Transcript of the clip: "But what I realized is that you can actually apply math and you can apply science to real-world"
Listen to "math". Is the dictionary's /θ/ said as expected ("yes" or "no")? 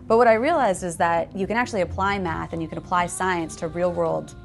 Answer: yes